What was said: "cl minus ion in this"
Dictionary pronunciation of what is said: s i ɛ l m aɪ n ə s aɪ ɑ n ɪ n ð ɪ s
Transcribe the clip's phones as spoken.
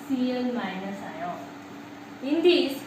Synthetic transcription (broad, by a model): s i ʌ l m aɪ n ə s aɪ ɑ ɪ n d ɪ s